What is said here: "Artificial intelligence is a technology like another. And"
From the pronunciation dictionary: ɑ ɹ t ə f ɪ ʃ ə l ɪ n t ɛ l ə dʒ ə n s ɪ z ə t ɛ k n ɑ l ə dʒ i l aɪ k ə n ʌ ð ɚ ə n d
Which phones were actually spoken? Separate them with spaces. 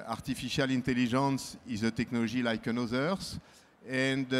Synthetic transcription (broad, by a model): ɑ ɹ t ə f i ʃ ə l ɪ n t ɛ l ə ʒ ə n s ɪ z ə t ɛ k n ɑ l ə ʒ i l aɪ k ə n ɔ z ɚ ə n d